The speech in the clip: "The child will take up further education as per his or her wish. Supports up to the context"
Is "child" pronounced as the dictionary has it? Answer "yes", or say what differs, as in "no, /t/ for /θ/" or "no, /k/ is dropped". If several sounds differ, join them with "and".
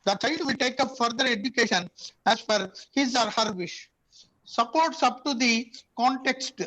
no, /l/ is dropped